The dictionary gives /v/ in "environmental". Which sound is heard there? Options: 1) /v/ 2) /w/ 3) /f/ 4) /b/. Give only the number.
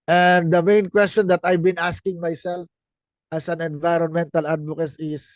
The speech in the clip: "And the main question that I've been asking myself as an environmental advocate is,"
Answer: 1